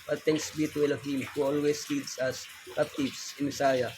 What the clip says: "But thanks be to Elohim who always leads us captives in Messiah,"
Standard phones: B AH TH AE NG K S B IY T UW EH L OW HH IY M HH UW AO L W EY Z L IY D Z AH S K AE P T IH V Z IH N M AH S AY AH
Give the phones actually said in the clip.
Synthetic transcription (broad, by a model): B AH T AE NG K S B IY T UW EH L OW HH IY M HH UW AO L W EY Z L IY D S AH S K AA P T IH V S IH N M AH S AY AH